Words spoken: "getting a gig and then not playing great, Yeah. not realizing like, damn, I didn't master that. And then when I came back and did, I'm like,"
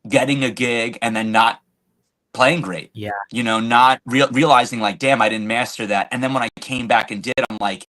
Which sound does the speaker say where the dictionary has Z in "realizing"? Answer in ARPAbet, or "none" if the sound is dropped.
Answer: Z